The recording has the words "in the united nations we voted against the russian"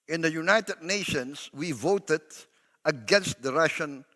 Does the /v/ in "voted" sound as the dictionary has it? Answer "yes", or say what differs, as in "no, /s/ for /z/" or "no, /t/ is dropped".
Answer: yes